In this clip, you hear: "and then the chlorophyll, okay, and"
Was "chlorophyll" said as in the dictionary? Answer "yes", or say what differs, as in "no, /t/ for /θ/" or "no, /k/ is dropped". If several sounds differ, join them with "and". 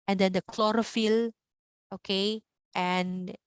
yes